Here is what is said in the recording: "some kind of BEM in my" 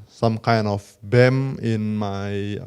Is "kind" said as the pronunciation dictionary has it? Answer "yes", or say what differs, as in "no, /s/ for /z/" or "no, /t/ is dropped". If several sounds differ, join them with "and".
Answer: yes